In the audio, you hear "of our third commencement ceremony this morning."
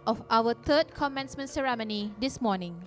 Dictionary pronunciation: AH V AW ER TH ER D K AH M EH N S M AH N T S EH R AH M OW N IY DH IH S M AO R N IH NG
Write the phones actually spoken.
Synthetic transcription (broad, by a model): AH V AW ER T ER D K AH M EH N S M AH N S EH R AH M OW N IY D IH S M AO N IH NG